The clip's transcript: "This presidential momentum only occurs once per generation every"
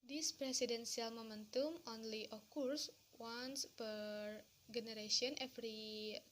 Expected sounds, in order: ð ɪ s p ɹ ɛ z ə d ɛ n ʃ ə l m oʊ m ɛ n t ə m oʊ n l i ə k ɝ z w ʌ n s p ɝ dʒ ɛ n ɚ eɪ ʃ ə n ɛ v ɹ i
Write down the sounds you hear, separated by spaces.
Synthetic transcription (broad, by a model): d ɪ s p ɹ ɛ s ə d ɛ n s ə l m oʊ m ɛ n t ə m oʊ n l i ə k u s w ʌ n s p ɝ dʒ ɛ n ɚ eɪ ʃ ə n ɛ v ɹ i